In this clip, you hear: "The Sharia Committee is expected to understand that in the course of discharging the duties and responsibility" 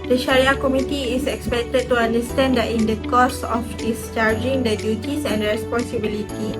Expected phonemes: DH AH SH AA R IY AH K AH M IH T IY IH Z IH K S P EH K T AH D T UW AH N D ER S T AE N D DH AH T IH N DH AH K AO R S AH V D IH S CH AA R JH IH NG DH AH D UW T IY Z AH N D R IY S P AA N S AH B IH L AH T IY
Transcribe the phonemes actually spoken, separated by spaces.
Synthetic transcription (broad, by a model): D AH SH AA R IY AH K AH M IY T IY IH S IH K S P EH K T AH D T UW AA N D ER S T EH N D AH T IH N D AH K AO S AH F D IH S CH AA R JH IH NG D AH D UW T IY S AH N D R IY S P AA N S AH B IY L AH T IY